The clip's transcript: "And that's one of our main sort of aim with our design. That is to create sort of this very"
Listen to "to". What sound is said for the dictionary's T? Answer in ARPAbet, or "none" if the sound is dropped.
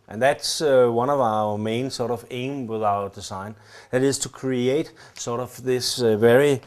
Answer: T